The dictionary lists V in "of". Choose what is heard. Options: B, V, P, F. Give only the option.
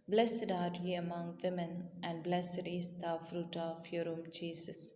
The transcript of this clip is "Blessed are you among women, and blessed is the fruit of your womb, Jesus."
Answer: F